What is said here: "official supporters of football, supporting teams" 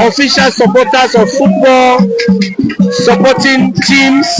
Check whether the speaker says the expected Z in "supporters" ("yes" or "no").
no